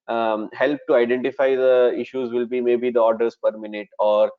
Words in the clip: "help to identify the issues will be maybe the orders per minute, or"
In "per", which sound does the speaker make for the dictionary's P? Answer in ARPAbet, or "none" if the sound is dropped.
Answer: P